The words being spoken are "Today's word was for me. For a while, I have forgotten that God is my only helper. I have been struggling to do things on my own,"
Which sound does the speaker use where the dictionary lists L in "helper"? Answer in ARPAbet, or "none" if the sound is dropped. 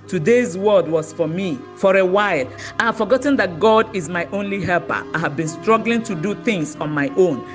L